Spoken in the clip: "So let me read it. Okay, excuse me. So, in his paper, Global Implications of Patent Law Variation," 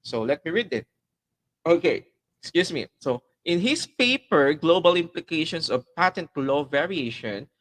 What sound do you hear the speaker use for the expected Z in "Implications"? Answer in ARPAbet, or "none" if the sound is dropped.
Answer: S